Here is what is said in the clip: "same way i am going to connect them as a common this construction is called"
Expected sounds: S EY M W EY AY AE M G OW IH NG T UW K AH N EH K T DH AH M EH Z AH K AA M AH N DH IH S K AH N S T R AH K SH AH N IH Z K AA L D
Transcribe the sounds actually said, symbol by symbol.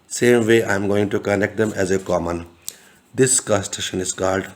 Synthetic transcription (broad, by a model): S EY M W EY AY M G OW IH NG T UW K AH N EH K T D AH M EH Z AH K AA M AH N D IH S K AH S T AH SH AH N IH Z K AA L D